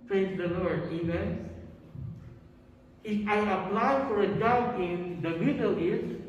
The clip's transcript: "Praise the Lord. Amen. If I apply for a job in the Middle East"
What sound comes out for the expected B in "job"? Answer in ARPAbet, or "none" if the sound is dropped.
none